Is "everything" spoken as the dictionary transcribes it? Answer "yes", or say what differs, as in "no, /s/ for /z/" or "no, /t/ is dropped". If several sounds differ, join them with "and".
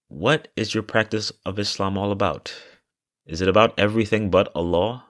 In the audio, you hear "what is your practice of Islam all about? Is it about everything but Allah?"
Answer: yes